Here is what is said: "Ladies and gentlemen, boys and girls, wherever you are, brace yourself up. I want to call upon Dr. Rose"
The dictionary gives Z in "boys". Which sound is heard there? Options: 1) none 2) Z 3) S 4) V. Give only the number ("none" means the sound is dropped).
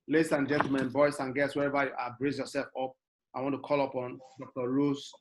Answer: 3